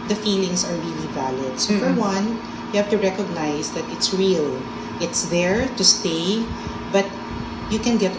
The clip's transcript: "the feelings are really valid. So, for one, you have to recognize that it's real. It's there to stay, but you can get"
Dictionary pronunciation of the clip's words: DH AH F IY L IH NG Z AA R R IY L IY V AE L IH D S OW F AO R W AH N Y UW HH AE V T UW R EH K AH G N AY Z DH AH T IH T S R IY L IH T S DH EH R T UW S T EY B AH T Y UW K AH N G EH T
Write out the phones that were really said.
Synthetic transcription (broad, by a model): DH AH F IY L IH NG S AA R R IY L IY V AE L IH D S OW F AO R W AH N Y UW HH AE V T UW R EH K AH G N AY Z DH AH T IH T S R IY L IH T S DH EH R T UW S T EY B AH T Y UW K AH N G EH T